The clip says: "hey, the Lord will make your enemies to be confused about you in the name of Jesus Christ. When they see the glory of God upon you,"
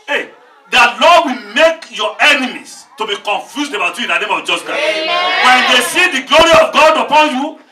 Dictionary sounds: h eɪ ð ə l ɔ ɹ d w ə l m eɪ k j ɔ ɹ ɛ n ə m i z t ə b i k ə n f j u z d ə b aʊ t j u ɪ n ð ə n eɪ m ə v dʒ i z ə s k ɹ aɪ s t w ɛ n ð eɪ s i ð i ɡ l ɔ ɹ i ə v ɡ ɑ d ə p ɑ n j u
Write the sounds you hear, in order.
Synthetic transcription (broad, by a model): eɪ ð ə l ɔ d w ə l m eɪ k j ɔ ɛ n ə m i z t ə b i k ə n f j u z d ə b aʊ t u ɪ n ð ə n eɪ m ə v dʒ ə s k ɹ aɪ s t w ɛ n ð eɪ s i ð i ɡ l ɔ ɹ i ə v ɡ ɑ d ə p ɑ n j u